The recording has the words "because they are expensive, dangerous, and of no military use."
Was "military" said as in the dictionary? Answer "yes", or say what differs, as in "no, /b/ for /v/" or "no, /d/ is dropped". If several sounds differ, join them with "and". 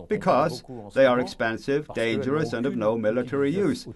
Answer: yes